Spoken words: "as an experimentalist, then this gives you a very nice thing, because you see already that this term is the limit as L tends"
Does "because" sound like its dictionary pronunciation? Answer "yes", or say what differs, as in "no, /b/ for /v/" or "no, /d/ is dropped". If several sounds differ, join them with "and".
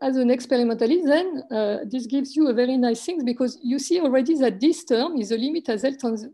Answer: yes